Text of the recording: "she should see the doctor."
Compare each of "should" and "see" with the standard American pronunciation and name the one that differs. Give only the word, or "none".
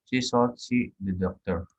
should